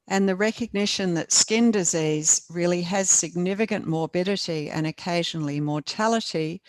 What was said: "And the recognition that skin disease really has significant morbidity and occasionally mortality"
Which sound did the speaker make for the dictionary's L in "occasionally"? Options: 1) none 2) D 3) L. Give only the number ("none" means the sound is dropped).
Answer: 3